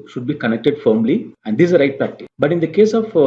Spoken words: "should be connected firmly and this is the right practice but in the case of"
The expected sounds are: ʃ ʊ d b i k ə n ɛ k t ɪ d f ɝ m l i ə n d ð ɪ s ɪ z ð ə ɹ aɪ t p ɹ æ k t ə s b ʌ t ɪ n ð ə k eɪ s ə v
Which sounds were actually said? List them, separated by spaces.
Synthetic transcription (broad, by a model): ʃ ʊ d b i k ə n ɛ k t ɪ d f ɝ m l i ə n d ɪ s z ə ɹ aɪ t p æ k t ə b ʌ t ɪ n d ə k eɪ s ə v